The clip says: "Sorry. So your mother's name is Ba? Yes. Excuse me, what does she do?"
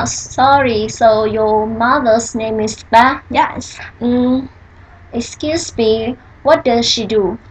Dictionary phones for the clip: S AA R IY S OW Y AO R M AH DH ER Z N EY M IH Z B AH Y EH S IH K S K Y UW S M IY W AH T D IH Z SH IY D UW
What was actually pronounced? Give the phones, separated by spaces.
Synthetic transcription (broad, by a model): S AA R IY S OW Y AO M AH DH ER S N EY M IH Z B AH Y EH S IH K S K Y UW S M IY W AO T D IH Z SH IY D UW